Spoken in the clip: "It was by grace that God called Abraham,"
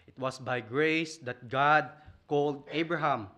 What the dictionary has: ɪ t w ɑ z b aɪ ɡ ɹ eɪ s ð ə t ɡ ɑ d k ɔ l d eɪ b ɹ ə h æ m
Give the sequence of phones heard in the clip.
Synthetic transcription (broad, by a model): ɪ t w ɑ s b aɪ ɡ ɹ eɪ s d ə t ɡ ɑ d k ɔ l d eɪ b ɹ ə h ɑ m